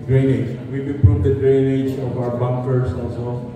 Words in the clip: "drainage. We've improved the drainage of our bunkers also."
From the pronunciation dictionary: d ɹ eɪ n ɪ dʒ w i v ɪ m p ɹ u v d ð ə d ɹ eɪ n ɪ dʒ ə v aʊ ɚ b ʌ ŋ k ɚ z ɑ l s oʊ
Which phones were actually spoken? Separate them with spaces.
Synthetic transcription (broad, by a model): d ɹ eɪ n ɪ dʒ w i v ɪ p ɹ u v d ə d ɹ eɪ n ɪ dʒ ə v aʊ ɚ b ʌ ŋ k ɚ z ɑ l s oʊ